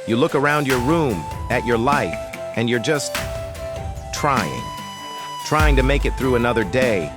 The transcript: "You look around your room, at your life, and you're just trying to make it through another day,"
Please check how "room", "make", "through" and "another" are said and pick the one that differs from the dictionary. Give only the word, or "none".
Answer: none